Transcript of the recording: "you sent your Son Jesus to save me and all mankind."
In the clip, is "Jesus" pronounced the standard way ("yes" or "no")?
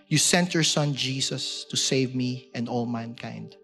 no